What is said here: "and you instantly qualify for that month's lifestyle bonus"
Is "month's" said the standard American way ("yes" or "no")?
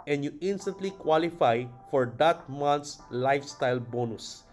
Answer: no